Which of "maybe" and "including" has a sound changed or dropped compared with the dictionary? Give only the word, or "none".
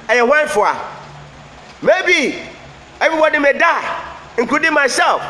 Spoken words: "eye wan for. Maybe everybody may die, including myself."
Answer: including